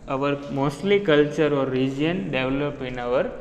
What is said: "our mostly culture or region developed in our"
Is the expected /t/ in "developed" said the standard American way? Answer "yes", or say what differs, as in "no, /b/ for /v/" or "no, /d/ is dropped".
no, /t/ is dropped